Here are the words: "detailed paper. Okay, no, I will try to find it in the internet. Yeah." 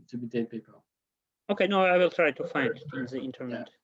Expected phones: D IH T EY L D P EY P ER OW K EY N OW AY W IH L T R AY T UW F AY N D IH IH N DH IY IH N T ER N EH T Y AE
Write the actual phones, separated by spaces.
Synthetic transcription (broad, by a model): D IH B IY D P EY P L OW K EY N OW AY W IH L T R AY T UW F AY N D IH IH N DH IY IH N T ER N EH T